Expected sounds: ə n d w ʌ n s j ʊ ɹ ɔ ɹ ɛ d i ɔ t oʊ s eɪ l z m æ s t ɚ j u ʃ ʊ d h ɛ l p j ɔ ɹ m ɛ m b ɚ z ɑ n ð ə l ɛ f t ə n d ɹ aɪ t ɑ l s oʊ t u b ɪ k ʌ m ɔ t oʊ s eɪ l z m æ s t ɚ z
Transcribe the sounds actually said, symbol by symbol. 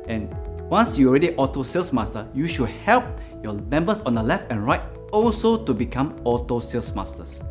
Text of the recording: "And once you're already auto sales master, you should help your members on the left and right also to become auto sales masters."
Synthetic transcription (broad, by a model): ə n w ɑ n s j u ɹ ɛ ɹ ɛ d i ɔ t oʊ s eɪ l s m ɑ s t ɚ j u ʃ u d h ɛ l p j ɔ m ɛ m b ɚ s ɑ n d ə l ɛ f t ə n ɹ aɪ t ɑ l s oʊ t u b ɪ k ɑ m ɔ t oʊ s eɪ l s m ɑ s t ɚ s